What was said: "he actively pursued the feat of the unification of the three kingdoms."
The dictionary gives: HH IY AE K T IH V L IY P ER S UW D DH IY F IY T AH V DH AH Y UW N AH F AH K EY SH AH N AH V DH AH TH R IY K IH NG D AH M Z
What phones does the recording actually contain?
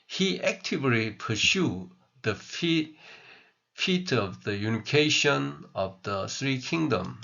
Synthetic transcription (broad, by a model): HH IY AE K T IH V L IY P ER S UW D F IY F IY T AH V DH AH Y UW N AH F AH K EY SH AH N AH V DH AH S R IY K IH NG D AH M